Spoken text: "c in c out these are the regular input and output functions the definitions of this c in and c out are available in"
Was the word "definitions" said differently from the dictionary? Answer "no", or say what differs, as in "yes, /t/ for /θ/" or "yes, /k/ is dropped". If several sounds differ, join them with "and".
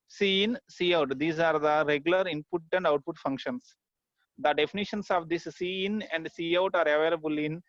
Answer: yes, /s/ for /z/